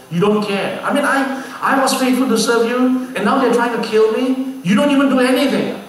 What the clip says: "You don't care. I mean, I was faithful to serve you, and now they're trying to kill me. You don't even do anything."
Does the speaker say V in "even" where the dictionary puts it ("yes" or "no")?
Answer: yes